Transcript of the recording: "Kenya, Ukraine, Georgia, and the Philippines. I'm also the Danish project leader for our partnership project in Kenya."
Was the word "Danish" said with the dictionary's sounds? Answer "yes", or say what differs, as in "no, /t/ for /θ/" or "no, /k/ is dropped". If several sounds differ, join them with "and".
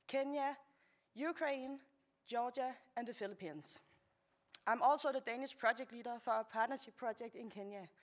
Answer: yes